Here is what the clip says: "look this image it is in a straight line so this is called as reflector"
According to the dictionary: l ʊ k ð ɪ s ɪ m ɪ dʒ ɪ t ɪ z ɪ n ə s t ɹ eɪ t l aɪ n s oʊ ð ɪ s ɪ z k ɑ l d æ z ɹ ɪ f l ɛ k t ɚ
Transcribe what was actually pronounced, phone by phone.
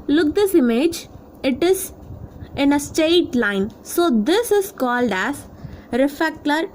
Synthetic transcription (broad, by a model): l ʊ k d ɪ s ɪ m ɪ dʒ ɪ t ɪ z ɪ n ə s t eɪ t l aɪ n s oʊ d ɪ s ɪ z k ɑ l d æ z ɹ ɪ f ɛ k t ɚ